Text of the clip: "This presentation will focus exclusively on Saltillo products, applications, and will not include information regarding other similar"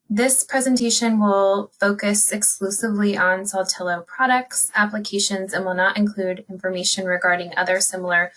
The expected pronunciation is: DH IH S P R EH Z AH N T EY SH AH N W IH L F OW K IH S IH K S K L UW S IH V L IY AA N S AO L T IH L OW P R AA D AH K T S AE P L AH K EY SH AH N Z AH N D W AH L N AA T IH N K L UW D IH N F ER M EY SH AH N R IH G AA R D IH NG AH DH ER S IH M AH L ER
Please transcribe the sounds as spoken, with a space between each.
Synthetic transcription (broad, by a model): DH IH S P R EH Z AH N T EY SH AH N W IH L F OW K IH S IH K S K L UW S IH V L IY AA N S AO L T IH L OW P R AA D AH K T S AE P L AH K EY SH AH N Z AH N W AH L N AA T IH N K L UW D IH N F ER M EY SH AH N R IH G AA R D IH NG AH DH ER S IH M L ER